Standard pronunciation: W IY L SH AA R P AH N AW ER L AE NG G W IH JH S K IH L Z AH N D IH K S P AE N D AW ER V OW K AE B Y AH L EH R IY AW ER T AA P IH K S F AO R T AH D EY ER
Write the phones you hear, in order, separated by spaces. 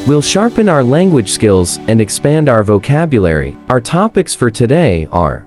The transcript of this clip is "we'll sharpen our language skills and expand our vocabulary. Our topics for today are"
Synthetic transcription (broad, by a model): W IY L SH AA R P AH N AW ER L AE NG G W IH JH S K IH L Z AH N D IH K S P AE N D AW ER V OW K AE B Y AH L EH R IY AW ER T AA P IH K S F AO R T AH D EY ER